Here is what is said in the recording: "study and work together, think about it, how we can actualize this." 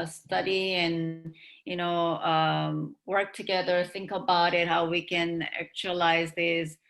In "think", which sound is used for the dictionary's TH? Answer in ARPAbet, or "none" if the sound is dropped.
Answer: TH